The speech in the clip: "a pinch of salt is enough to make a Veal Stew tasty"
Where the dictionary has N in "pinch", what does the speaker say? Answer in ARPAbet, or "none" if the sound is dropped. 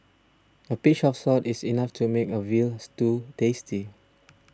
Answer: none